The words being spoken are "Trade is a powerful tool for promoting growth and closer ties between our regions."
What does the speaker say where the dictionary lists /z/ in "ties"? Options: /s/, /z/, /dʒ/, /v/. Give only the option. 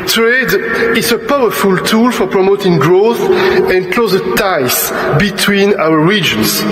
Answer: /s/